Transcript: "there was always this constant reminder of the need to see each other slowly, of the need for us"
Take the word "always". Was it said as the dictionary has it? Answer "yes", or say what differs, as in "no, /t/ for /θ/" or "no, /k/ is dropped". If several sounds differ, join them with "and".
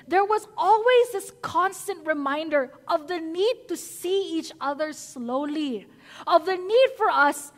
yes